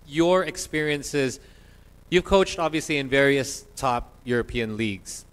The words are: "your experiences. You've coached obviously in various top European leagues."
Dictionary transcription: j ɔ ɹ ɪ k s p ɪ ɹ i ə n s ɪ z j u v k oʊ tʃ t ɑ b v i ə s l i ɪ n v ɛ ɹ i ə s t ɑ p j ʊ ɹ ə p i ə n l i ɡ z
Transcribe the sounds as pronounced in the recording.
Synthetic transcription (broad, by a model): j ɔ ɹ ɪ k s p ɪ ɹ i ə n s ɪ z j u v k oʊ tʃ t ɑ b v i ə s l i ɪ n v ɛ ɹ i ə s t ɑ p j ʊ ɹ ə p i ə n l i ɡ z